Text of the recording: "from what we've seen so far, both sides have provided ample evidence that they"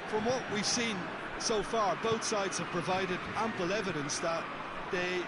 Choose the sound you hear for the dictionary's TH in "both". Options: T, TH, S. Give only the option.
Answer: TH